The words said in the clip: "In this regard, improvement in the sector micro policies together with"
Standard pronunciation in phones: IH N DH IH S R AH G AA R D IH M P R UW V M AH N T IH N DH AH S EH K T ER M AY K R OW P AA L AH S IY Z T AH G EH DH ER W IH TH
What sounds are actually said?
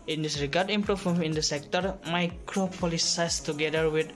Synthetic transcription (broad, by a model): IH N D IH S R AH G AA R D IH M P R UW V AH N IH N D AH S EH K T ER M AY K R OW P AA L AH S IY S T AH G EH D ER W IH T